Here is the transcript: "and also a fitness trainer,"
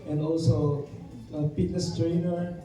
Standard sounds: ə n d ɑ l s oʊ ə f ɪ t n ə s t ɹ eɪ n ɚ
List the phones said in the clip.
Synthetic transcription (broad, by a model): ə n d ɑ l s oʊ ə p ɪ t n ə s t ɹ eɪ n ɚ